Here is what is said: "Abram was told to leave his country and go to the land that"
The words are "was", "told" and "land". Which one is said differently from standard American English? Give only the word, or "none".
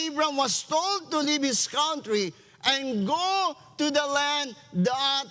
was